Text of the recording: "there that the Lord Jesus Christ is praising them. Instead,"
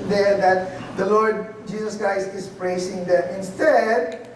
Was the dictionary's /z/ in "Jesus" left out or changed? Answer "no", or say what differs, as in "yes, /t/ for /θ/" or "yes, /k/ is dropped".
yes, /s/ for /z/